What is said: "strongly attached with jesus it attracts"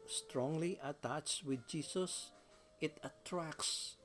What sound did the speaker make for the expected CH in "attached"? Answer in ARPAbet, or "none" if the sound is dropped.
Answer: CH